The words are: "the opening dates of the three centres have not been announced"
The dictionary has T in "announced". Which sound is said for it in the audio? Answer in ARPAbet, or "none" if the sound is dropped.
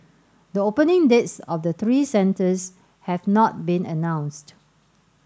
T